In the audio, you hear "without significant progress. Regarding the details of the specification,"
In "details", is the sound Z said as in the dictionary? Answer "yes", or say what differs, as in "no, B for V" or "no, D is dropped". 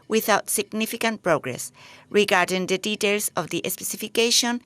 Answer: no, S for Z